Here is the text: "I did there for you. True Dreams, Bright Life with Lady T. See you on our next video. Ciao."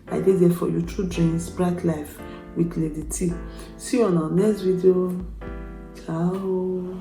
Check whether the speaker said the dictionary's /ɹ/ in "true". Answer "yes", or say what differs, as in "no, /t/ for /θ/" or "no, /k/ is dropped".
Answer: no, /ɹ/ is dropped